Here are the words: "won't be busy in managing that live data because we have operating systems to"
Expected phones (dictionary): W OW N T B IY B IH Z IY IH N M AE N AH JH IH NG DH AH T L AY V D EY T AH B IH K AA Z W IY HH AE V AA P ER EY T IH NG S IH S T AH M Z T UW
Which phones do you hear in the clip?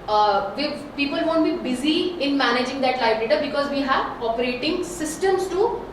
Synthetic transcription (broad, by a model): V OW N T B IY B IH Z IY IH N M AE N AH JH IH NG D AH T L AY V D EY T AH B IH K AA Z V IY HH AE V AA P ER EY T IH NG S IH S T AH M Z T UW